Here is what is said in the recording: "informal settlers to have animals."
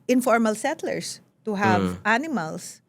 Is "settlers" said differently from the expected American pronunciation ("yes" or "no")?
yes